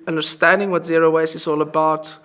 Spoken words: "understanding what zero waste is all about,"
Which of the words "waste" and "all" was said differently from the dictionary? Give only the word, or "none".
waste